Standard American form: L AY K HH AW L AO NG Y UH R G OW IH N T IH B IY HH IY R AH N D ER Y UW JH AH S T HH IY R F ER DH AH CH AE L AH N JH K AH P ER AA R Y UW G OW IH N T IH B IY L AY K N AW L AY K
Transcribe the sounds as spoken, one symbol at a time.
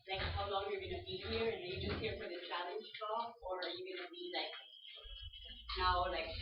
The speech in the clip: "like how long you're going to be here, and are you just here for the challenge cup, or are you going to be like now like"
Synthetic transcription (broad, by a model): L AY K HH AW L AO NG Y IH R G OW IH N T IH B IY HH IY R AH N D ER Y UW JH AH S T HH IY R F ER DH AH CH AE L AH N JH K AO ER R Y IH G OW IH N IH B IY L AY K N AW L AY K